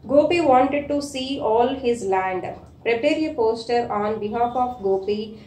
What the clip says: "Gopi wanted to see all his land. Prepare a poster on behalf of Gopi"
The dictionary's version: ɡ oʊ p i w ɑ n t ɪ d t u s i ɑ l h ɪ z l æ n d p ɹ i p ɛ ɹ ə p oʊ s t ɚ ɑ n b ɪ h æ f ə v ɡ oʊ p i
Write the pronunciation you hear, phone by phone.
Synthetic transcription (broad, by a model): ɡ oʊ p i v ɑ n t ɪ d t u s i ɑ l h ɪ z l æ n d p ɹ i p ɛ ɹ ə p oʊ s t ɚ ɑ n b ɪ h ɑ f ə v ɡ oʊ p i